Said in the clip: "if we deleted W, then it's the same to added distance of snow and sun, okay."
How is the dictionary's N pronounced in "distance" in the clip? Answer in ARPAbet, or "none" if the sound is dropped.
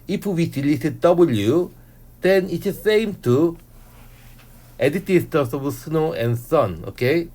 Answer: none